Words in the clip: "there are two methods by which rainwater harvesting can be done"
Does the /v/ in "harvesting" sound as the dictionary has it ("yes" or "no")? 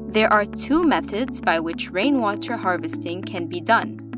yes